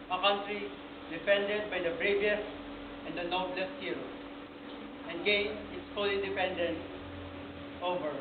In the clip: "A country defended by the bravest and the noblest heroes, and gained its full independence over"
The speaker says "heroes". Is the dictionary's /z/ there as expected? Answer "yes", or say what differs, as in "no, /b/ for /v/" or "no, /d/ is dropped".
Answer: no, /z/ is dropped